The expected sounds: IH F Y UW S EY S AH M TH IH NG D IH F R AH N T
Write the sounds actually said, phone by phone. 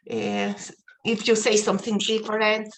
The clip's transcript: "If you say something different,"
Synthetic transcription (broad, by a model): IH F Y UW S EY S AH M TH IH NG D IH F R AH N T